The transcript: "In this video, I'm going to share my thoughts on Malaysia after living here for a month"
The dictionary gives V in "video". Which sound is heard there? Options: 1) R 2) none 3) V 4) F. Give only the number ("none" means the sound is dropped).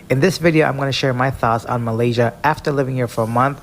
3